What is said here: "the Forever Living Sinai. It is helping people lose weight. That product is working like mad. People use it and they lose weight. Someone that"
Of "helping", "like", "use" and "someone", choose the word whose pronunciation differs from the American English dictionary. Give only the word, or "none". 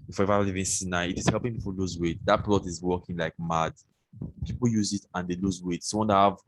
someone